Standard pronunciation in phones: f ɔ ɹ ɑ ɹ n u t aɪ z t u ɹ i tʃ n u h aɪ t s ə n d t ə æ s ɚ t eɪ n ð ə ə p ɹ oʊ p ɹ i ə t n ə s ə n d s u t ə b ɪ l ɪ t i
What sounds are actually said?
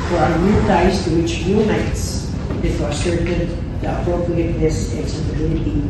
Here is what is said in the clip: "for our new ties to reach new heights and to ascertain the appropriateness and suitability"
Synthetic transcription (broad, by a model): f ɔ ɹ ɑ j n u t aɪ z t u w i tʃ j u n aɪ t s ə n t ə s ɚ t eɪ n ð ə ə p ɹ oʊ p ɹ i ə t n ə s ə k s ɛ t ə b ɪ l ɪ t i